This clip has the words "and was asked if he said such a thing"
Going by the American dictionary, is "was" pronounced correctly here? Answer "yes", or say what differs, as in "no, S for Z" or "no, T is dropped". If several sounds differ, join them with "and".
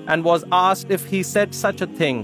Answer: yes